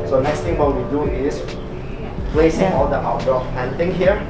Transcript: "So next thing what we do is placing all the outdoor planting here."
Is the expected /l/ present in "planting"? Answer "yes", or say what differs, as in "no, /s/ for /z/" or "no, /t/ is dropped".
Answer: no, /l/ is dropped